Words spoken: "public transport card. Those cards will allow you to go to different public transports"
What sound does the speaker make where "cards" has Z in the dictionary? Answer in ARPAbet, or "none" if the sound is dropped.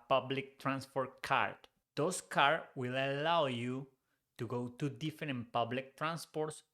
none